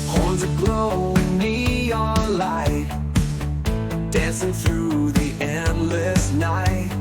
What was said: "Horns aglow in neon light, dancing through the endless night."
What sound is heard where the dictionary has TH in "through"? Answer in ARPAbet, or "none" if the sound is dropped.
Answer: TH